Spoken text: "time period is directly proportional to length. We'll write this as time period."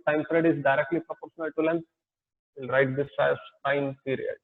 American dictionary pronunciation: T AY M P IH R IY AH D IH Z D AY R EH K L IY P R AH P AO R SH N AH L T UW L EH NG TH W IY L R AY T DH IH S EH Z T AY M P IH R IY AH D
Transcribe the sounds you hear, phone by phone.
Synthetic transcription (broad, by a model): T AY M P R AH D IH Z D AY R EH K L IY P R AH P AO R SH N AH L T UW L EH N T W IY L R AY T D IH S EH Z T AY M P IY R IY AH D